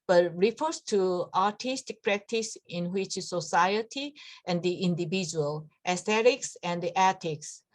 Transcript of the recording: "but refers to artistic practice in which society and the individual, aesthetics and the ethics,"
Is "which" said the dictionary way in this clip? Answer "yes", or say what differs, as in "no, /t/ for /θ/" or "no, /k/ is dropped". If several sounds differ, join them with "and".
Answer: yes